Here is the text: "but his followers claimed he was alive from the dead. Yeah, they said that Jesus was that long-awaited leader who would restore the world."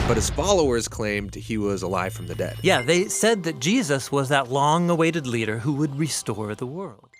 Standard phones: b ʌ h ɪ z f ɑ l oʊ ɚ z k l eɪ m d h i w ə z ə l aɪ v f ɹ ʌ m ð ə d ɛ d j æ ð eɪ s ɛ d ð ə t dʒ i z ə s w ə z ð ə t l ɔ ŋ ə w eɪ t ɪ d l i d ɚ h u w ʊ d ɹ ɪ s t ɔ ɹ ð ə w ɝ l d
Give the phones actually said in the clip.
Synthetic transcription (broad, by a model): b ʌ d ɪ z f ɑ l oʊ ɚ z k l eɪ m d h i w ə z ə l aɪ v f ɹ ʌ m ð ə d ɛ d j æ ð eɪ s ɛ d ð ə t dʒ i z ə s w ə z ð ə t l ɔ ŋ ə w eɪ t ɪ d l i d ɚ h u w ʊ d ɹ ɪ s t ɔ ɹ ð ə w ɝ l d